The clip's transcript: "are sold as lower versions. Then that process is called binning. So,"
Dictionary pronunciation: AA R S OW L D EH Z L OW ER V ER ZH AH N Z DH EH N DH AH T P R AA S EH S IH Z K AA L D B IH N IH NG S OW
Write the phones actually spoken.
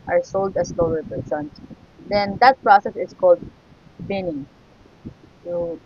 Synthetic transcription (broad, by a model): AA R S OW L D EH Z L OW ER P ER S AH N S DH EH N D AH T P R AA S EH S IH S K AA L D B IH N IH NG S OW